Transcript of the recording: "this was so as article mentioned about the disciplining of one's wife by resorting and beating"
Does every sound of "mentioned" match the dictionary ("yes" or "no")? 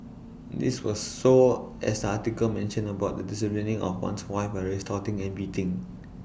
no